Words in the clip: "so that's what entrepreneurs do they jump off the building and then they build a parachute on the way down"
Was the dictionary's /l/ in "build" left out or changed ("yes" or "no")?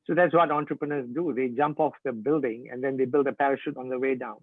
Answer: no